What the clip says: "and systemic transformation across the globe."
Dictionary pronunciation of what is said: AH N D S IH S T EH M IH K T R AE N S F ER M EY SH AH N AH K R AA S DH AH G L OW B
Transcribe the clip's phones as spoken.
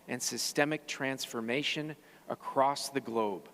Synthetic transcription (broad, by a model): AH N S IH S T EH M IH K T R AE N S F ER M EY SH AH N AH K R AA S DH AH G L OW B